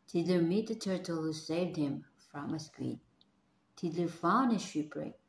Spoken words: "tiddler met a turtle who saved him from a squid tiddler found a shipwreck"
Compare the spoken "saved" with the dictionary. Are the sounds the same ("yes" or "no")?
yes